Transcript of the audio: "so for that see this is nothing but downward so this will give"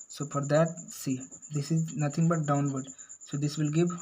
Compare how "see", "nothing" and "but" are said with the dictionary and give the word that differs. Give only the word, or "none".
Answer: nothing